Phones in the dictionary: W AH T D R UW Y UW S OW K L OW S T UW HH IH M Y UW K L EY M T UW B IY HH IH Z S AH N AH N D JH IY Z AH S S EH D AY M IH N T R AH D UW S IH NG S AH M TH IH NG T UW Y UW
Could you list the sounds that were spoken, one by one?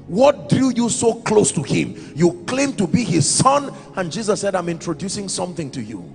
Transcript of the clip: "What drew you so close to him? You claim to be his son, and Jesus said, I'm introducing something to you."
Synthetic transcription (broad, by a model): W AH T D R UW Y UW S OW K L OW S T UW HH IH M Y UW K L EY M T UW B IY HH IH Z S AH N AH N JH IY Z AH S S EH D AY M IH N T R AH D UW S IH NG S AH M TH IH NG T UW Y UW